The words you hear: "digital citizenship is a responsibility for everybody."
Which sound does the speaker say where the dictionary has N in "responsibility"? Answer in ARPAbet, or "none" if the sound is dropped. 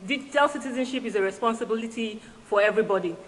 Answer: N